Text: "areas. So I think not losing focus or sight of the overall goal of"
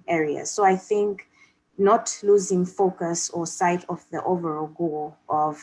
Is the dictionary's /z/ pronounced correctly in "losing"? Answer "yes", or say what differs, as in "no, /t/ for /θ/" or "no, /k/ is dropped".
yes